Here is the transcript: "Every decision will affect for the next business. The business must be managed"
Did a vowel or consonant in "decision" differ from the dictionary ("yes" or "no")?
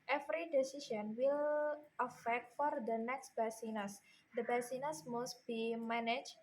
yes